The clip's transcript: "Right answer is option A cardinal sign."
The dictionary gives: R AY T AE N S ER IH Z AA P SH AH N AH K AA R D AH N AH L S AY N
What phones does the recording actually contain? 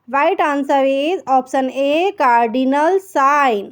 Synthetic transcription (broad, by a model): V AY T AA N S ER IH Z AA P S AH N AH K AA R D AH N AH L S AY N